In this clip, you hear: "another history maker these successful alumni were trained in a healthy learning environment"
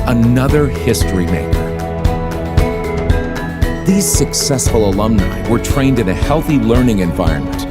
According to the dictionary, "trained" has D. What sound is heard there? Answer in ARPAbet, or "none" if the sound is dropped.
D